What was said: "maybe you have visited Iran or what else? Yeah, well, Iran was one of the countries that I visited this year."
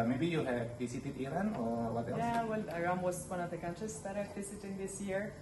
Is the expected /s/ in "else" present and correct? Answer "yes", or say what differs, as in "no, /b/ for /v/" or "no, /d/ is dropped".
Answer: no, /s/ is dropped